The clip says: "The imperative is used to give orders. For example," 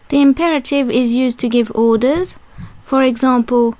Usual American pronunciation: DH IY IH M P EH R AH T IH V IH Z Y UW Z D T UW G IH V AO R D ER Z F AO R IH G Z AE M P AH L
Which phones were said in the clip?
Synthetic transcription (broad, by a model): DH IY IH M P EH R AH T IH V IH Z Y UW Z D T UW G IH V AO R D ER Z F AO R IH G Z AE M P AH L